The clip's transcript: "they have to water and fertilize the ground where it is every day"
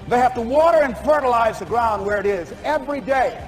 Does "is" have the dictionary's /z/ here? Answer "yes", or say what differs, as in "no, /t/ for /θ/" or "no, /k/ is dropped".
yes